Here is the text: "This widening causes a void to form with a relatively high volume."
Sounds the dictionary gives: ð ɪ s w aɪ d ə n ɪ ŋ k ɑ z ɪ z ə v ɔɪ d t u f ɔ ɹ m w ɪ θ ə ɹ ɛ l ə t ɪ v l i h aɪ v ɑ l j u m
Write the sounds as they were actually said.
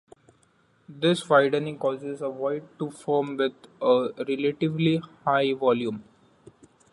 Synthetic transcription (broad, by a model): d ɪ s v aɪ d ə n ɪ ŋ k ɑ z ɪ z ə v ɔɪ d t u f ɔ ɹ m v ɪ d ə ɹ ɛ l ə t ɪ v l i h aɪ v ɑ l j u m